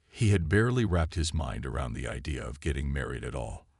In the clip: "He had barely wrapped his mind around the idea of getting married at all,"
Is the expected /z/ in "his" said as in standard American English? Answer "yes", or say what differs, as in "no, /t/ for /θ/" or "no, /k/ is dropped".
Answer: yes